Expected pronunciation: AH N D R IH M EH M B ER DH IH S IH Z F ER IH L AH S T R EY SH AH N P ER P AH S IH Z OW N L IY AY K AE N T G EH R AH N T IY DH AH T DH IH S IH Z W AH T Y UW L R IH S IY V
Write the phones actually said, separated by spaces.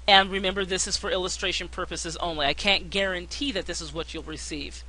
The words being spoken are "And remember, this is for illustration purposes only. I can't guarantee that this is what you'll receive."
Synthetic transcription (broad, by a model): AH N R IH M EH M B ER DH IH S IH Z F ER IH L AH S T R EY SH AH N P ER P AH S IH Z OW N L IY AY K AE N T G EH R AH N T IY DH AH T DH IH S IH Z W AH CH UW L R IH S IY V